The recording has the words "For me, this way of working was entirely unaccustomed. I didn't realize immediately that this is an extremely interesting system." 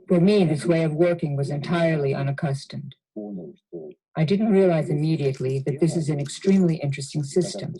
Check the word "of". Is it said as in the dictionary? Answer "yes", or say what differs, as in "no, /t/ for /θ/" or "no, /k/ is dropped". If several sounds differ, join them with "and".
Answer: yes